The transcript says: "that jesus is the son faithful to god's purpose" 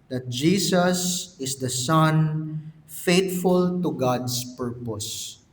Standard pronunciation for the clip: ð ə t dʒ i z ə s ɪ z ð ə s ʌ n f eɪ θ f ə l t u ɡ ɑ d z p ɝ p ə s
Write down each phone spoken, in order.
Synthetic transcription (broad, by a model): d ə t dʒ i s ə s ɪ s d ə s ʌ n f eɪ t f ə l t u ɡ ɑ d s p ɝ p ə s